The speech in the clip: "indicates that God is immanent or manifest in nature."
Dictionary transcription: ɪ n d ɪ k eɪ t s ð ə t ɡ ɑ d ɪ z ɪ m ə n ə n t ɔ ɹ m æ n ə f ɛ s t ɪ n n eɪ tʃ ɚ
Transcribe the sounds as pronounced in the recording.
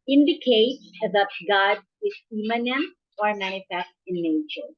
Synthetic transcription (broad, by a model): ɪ n d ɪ k eɪ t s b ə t ɡ ɑ d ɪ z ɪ m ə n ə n ɔ ɹ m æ ə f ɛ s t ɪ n n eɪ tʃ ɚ